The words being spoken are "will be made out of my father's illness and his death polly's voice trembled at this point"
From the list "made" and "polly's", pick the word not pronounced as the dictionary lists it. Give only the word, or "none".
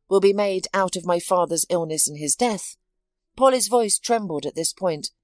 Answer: none